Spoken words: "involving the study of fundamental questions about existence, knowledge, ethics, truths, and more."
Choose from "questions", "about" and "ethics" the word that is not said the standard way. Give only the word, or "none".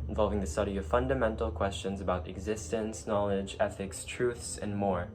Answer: none